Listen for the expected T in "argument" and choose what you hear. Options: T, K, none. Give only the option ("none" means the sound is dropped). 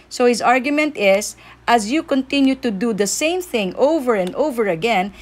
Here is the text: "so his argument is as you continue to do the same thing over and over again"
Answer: T